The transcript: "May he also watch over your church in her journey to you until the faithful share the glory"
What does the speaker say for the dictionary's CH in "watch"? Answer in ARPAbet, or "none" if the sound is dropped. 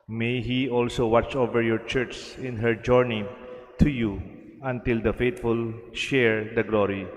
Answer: CH